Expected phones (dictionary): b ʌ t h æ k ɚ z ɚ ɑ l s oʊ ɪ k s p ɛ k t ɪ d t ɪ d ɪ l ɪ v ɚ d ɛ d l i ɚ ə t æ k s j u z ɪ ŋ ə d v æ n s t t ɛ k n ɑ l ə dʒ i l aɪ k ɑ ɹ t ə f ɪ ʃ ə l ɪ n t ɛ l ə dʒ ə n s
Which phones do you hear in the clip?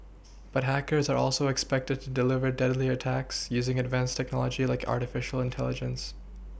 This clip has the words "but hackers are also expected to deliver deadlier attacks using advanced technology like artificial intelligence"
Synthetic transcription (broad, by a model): b ʌ t h æ k ɚ z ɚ ɑ l s oʊ ɪ k s p ɛ k t ɪ d t ɪ d ɪ l ɪ v ɚ d ɛ d l i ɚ ə t æ k s j u z ɪ ŋ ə d v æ n s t t ɛ k n ɑ l ə dʒ i l aɪ k ɑ ɹ t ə f ɪ ʃ l ɪ n t ɛ l ə dʒ ə n s